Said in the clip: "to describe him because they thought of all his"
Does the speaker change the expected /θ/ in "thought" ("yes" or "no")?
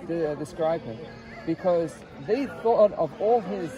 no